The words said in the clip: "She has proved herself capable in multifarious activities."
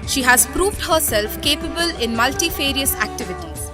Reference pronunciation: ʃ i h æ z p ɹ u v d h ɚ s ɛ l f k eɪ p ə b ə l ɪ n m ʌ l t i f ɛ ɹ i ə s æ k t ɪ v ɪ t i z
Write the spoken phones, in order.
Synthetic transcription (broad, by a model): ʃ i h æ z p ɹ u v d h ɚ s ɛ l f k eɪ p ə b ə l ɪ n m ʌ l t i f ɛ ɹ i ə s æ k t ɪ v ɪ t i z